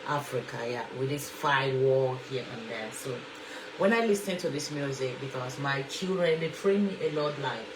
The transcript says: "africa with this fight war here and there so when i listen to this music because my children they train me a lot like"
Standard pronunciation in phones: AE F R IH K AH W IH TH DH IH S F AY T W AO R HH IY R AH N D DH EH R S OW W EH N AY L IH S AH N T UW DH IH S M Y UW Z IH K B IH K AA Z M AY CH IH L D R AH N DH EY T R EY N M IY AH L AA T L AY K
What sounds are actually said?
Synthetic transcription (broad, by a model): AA F R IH K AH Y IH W DH IH S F AY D W AO L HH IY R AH N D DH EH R S OW W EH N AY L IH S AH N T UW DH IH S M Y UW Z IH K B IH K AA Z M AY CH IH L D R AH N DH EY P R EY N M IY AH L AA T L AY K